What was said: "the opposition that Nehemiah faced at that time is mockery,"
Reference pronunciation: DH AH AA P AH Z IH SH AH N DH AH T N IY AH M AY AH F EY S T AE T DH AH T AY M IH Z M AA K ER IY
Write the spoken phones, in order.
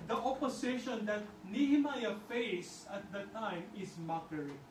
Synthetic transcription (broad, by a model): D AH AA P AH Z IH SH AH N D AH T N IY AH M AY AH F EY S AH T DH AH T AY M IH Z M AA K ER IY